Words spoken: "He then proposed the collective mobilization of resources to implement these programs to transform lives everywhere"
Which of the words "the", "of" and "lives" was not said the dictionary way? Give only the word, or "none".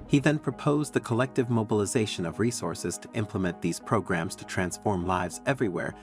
none